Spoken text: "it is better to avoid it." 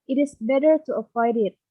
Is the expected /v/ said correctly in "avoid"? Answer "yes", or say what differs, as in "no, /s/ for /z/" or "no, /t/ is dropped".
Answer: no, /p/ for /v/